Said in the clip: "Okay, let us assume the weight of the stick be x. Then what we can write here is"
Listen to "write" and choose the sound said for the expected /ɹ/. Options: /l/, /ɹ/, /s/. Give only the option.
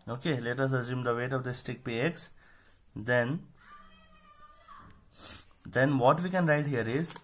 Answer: /ɹ/